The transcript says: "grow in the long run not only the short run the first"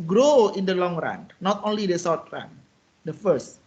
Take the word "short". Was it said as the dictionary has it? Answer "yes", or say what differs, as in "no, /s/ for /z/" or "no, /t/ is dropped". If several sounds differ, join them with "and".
no, /s/ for /ʃ/ and /w/ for /ɹ/